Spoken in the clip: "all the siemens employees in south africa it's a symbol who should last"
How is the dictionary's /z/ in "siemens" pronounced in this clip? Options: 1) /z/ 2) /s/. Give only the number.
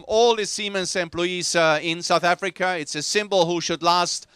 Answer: 2